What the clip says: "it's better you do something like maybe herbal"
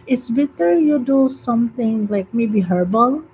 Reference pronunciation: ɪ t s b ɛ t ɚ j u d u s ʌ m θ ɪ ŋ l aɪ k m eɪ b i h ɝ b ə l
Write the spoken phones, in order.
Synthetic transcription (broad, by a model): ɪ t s b ɛ t ɚ j u d u s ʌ m t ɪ ŋ l aɪ k m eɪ b i h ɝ b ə l